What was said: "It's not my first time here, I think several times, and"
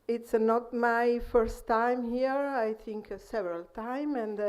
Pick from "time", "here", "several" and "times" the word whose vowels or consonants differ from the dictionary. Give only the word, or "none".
times